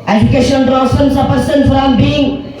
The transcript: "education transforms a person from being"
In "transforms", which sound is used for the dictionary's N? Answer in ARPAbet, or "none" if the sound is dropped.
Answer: none